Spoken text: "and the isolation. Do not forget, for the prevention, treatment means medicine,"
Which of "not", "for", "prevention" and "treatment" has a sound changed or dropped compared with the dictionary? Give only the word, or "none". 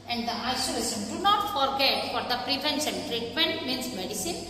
prevention